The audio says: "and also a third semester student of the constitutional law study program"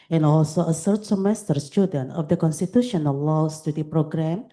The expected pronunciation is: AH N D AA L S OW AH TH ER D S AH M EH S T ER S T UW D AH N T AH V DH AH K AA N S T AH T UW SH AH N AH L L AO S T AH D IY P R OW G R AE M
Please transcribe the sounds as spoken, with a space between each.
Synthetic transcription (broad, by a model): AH N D AA L S OW AH S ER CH S AH M EH S T ER S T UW D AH N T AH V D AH K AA N S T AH T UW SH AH N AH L L AO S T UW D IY P R OW G R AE M